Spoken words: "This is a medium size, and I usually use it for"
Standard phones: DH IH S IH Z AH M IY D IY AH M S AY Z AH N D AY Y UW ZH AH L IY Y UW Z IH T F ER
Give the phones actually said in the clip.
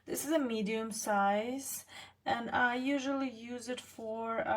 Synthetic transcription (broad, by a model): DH IH S IH Z AH M IY D IY AH M S AY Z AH N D AY Y UW ZH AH L IY Y UW Z IH T F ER